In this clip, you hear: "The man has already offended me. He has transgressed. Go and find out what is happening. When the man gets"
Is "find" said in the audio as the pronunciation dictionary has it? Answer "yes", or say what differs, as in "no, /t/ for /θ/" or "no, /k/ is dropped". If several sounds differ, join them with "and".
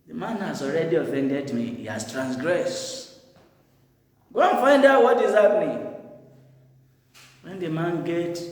yes